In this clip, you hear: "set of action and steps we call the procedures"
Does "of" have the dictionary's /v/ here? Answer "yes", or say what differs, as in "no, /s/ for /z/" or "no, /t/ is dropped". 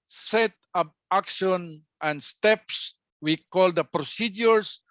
no, /p/ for /v/